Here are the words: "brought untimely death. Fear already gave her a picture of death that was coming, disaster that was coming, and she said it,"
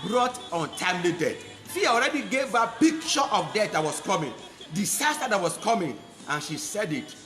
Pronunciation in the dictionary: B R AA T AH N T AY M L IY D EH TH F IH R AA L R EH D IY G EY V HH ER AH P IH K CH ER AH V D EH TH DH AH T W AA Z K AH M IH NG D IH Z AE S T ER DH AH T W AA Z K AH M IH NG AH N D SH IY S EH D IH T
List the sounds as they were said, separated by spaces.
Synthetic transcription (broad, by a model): B R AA T AH N T AY M L IY D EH T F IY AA AA L R EH D IY G EY V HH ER AH P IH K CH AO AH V D EH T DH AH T W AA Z K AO M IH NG D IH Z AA S T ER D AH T W AA S K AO M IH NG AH N SH IY S EH D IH T